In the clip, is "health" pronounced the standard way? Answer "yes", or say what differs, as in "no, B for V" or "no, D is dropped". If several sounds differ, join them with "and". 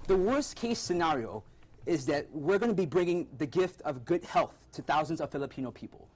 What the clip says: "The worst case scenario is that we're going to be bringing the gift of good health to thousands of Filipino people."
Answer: yes